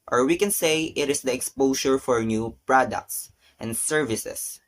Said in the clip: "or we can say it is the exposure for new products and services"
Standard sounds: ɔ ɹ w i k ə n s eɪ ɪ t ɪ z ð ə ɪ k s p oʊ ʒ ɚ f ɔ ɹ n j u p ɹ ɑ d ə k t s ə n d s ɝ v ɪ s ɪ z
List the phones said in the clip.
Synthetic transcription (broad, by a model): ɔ ɹ w i k ə n s eɪ ɪ t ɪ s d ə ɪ k s p oʊ ʃ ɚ f ɔ ɹ n j u p ɹ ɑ d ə k t s ə n d s ɝ v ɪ s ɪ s